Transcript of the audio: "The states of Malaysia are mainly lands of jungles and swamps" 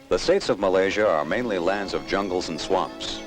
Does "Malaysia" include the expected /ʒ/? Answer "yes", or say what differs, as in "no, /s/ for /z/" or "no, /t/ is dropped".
yes